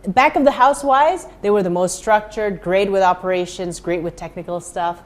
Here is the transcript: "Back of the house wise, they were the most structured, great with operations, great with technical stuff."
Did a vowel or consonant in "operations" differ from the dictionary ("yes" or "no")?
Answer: no